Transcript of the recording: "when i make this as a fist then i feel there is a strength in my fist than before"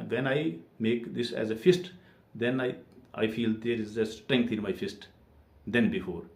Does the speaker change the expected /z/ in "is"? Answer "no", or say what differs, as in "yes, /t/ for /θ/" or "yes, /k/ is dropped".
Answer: no